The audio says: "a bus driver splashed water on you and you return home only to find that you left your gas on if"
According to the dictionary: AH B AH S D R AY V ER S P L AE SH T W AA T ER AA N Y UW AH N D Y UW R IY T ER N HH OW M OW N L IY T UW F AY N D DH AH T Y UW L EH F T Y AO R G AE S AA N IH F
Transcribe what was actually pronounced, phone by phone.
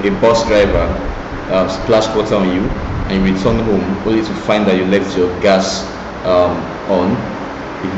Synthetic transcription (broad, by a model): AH B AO S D R AY V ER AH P L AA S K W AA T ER AA N Y UW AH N Y UW W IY T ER N HH OW M OW N L IY T UW F AY N D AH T Y UW L EH F T Y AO G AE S AA N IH